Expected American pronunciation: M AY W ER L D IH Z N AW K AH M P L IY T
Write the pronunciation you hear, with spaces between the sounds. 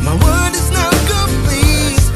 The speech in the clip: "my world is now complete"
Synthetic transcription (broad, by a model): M AY W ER D IH Z N AW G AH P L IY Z